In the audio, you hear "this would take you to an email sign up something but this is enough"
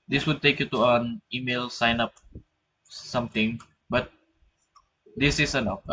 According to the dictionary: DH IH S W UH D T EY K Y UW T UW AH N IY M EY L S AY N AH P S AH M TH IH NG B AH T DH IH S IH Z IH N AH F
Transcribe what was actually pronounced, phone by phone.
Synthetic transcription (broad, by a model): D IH S W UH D T EY K Y UW T UW AH N IY M EY L S AY N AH P S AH M T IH NG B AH T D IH S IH S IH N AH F